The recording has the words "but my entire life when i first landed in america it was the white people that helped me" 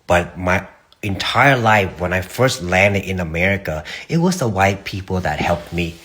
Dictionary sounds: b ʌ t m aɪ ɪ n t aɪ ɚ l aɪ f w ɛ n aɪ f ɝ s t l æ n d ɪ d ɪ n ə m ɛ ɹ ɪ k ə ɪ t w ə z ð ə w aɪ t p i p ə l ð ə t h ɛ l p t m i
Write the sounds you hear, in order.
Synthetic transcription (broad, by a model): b ʌ t m aɪ ɪ n t aɪ ɚ l aɪ f w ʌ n aɪ f ɝ s t l æ n d ɪ d ɪ n ə m ɛ ɹ ɪ k ə ɪ t w ə z ð ə w aɪ t p i p l ð ə t h ɛ l p t m i